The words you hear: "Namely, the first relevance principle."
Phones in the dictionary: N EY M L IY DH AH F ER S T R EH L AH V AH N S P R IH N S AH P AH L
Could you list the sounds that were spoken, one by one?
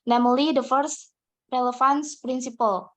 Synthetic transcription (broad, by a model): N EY M L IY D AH F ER S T R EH L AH F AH N S P R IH N S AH P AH L